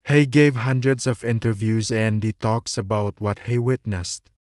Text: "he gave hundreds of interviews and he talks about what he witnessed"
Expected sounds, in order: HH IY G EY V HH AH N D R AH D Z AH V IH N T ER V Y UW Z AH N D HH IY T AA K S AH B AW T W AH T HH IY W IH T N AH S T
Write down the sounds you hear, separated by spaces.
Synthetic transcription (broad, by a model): HH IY G EY V HH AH N D R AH D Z AH V IH N T ER V Y UW Z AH N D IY T AA K S AH B AW T W AH T HH IY W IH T N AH S T